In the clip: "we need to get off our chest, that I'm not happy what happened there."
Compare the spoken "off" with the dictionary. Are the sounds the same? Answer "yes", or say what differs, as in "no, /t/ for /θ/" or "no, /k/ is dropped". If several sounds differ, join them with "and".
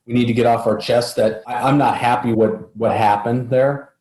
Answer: yes